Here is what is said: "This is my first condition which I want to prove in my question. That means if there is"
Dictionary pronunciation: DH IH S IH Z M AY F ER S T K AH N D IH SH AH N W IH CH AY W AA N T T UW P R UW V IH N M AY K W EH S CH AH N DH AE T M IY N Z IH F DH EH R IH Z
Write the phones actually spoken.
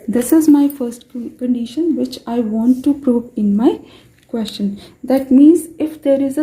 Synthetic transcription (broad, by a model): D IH S IH Z M AY F ER S T K AH N D IH SH AH N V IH CH AY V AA N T T UW P R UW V IH N M AY K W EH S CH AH N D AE T M IY N Z IH F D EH R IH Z